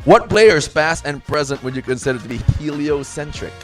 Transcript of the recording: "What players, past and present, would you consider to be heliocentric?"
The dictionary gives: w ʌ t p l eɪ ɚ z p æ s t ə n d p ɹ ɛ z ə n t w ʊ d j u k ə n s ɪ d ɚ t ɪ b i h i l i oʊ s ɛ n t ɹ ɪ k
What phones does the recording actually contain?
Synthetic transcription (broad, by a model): w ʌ t b l eɪ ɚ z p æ s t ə n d p ɹ ɛ z ə n t w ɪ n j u k ə n s ɪ d ɚ t ɪ b i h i l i oʊ s ɛ n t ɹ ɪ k